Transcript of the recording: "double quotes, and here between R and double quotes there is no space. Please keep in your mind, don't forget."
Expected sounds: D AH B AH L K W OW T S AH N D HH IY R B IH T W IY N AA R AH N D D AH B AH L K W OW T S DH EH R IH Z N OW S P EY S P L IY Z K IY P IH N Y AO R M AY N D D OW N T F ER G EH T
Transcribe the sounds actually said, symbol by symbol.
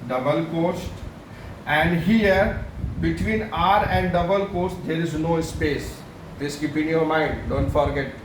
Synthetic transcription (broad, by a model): D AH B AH L K OW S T AH N D HH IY R B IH T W IY N AA R AH N D D AH B AH L K OW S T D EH R IH Z N OW S P EY S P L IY S K IY P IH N Y AO R M AY N D D OW N T F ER G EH T